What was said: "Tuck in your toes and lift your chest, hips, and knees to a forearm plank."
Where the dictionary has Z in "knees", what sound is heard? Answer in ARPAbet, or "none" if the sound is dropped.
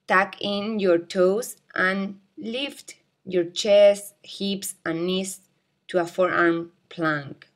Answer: S